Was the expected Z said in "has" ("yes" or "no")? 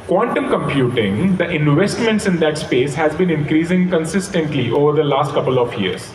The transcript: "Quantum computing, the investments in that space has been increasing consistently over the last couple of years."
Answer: yes